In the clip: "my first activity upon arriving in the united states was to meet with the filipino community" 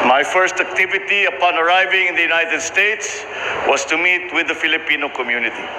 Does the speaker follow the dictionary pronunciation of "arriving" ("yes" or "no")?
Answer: yes